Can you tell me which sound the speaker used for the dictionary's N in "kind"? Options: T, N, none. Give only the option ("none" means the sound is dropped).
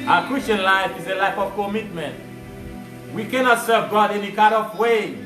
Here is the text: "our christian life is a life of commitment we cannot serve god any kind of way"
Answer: none